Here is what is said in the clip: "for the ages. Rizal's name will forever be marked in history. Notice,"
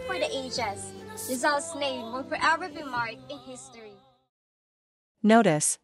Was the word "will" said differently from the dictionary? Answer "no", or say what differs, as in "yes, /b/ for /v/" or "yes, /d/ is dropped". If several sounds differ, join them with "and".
yes, /n/ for /l/